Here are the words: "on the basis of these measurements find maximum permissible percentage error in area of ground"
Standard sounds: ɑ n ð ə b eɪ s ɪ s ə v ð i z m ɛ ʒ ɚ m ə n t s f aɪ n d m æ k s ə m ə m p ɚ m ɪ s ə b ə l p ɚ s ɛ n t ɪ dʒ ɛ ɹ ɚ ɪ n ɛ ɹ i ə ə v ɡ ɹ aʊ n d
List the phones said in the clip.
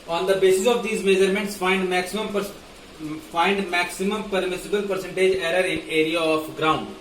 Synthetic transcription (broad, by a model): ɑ n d ə b eɪ s ɪ s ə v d i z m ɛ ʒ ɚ m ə n t s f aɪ n d m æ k s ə m ə m p ɚ m ɪ s ə b ə l p ɚ s ɛ n t ɪ dʒ ɛ ɹ ɚ ɪ n ɛ ɹ i ə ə p ɡ ɹ aʊ n d